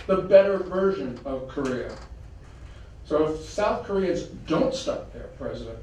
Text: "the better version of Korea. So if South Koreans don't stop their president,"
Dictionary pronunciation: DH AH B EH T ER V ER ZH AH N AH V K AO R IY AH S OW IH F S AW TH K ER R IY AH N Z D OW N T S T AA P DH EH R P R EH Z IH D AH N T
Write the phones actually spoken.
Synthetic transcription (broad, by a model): DH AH B EH T ER V ER ZH AH N AH V K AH R IY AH S OW IH F S AW TH K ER R IY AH Z D OW N T S T AA P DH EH R P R EH Z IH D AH N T